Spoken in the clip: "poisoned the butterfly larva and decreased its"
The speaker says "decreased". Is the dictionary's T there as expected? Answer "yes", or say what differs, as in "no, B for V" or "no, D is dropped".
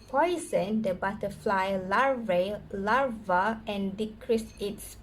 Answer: no, T is dropped